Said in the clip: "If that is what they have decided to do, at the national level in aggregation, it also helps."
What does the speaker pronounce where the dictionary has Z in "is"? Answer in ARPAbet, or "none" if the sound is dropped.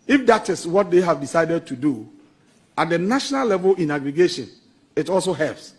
S